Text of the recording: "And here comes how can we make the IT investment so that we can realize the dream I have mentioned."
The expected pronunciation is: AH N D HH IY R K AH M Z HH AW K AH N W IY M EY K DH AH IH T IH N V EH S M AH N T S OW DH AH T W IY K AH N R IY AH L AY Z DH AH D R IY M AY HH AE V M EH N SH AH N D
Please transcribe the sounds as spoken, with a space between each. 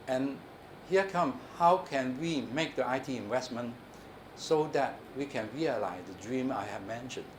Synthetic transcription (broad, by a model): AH N HH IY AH K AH M HH AW K AH N W IY M EY K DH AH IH T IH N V EH S M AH N S OW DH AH T W IY K AH N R IY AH L AY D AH D R IY M AY HH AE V M EH N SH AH N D